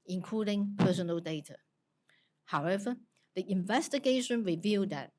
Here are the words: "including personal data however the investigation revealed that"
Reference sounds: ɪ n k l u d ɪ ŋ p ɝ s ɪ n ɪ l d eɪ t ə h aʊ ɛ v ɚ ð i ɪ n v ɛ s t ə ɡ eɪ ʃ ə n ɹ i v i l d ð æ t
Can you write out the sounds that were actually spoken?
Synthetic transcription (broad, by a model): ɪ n k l u d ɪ ŋ p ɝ s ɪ n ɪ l d eɪ t ə h aʊ ɛ v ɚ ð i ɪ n v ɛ s t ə ɡ eɪ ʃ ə n ɹ i v i l d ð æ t